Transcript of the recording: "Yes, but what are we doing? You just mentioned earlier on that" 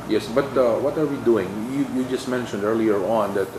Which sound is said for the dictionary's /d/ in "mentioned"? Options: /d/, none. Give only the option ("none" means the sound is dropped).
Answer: /d/